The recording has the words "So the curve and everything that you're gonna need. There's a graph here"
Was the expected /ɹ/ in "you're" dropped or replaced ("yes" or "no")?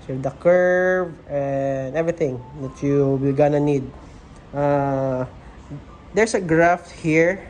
yes